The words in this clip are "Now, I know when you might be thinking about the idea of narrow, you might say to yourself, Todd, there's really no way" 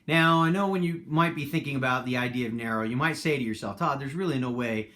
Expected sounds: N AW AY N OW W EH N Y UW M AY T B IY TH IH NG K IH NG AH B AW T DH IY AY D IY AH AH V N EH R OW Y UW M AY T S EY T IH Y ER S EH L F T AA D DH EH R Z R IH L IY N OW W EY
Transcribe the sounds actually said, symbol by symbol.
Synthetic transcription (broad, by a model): N AW AY N OW W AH N Y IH M AY T B IY TH IH NG K IH NG AH B AW T DH IY AY D IY AH AH V N EH R OW Y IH M AY T S EY T IH Y ER S EH L F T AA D DH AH R Z R IH L IY N OW W EY